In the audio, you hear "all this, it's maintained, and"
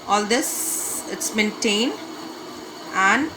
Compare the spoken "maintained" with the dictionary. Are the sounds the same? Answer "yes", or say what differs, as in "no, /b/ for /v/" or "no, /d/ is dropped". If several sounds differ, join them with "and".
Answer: yes